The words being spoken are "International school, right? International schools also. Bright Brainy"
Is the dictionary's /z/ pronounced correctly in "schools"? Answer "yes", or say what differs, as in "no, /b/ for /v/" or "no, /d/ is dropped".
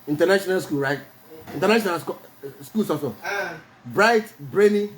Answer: no, /s/ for /z/